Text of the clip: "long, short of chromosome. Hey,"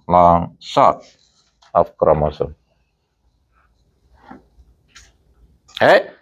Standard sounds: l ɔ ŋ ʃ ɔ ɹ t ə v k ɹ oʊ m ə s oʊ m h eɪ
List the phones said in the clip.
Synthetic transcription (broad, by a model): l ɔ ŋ s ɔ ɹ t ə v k ɹ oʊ m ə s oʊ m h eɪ